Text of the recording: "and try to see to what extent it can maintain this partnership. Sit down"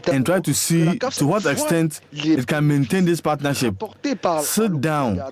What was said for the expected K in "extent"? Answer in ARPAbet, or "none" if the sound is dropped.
K